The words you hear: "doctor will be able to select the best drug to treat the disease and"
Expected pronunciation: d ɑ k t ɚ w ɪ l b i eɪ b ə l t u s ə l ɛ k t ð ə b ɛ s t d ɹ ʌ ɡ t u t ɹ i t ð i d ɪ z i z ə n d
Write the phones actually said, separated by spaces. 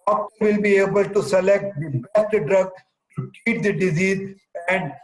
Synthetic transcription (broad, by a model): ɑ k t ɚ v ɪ l b i eɪ b ə l t u s ə l ɛ k t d b ɛ s t d ɹ ʌ ɡ t u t i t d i d ɪ z i z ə n d